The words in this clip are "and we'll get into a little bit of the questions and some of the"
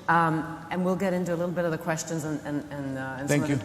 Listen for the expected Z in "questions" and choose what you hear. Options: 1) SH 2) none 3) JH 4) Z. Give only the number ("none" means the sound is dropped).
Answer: 4